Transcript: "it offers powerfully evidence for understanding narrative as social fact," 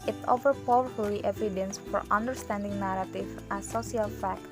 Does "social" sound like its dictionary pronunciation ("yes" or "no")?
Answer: no